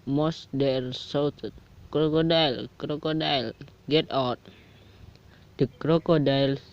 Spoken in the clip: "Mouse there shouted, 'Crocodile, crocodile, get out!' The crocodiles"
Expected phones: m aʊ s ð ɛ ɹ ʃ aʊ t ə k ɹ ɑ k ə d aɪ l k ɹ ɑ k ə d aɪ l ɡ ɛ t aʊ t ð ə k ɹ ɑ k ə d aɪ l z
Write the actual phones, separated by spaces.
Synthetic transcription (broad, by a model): m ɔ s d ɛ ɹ s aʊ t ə k ɹ ɑ k ə d aɪ l k ɹ ɑ k ə d aɪ l ɡ ɛ t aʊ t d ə k ɹ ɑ k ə d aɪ l